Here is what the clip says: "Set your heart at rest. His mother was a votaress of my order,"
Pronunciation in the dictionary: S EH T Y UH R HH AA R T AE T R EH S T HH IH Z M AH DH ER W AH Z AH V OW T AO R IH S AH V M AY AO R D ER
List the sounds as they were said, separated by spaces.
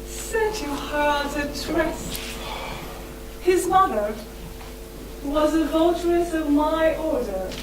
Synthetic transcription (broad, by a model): S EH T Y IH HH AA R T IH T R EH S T HH IH Z M AH DH ER W AH Z AH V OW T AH R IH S AH V M AY AO R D ER